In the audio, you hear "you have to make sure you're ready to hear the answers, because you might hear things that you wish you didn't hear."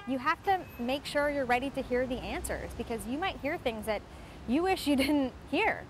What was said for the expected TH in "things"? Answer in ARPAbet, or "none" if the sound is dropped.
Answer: TH